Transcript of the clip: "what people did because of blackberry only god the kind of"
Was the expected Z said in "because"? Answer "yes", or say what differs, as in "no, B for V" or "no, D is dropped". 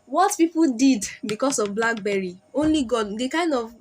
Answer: no, S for Z